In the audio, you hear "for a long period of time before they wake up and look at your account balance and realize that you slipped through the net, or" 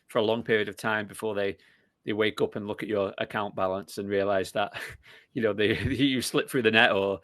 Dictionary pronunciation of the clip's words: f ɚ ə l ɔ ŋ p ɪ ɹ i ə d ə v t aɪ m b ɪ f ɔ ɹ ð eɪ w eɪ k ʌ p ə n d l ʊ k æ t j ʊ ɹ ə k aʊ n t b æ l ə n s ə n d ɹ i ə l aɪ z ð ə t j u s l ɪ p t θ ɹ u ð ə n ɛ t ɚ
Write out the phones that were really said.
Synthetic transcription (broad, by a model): f ɚ ə l ɔ ŋ p ɪ ɹ i ə d ə v t aɪ m b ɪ f ɔ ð ð eɪ w eɪ k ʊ p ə n l ʊ k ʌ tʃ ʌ ɹ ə k aʊ n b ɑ l ə n s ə n ɹ i ə l aɪ z ð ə t j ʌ s l ɪ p θ ɹ u ð ə n ɛ t ɚ